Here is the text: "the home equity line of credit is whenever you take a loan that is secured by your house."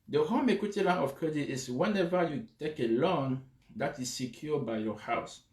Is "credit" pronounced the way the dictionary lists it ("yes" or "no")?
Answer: yes